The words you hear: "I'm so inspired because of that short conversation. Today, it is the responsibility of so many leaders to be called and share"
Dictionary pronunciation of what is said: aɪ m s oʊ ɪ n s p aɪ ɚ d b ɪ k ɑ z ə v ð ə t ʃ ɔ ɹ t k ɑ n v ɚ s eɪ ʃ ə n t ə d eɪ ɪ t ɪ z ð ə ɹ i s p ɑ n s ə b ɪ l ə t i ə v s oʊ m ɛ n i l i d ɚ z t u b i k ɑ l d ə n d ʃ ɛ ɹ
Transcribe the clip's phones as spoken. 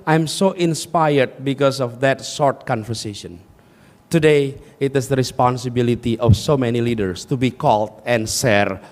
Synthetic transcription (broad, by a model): aɪ m s oʊ ɪ n s p aɪ ɚ d b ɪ k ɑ s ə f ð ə t s ɔ ɹ t k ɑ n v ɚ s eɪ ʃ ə n t ə d eɪ ɪ t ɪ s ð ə ɹ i s p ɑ n s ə b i l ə t i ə f s oʊ m ɛ n i l i d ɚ s t u b i k ɑ l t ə n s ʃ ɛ ɹ